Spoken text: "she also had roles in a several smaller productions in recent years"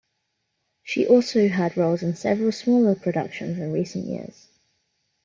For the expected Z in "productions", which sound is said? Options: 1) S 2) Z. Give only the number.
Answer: 2